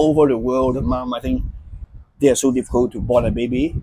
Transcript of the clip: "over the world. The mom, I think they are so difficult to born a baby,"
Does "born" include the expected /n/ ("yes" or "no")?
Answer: no